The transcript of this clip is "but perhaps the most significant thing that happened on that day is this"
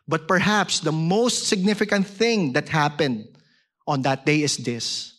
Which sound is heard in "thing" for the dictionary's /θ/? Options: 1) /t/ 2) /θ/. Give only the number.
2